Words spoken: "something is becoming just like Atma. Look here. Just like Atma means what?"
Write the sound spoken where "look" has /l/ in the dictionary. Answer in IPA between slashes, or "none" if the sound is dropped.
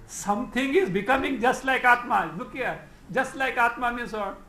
/n/